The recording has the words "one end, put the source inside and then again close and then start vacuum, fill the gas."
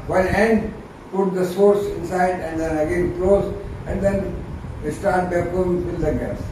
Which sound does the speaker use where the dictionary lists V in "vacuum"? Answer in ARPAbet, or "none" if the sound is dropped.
B